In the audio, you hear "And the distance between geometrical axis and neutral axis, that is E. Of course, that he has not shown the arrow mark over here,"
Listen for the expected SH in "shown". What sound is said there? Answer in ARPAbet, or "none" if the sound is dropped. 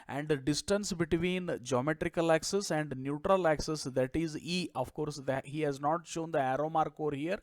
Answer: SH